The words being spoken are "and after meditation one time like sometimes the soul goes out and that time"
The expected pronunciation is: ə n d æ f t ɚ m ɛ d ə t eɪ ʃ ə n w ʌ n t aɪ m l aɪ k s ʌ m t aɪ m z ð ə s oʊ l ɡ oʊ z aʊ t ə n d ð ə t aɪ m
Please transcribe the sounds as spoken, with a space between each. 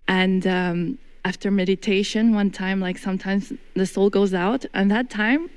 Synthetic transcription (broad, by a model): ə n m æ f t ɚ m ɛ d ə t eɪ ʃ ə n w ʌ n t aɪ m l aɪ k s ʌ m t aɪ m z ð ə s oʊ l ɡ oʊ z aʊ t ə n ð ə t aɪ m